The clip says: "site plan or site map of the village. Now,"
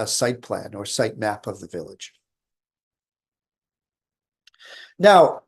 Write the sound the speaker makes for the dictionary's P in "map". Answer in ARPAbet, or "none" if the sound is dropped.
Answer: P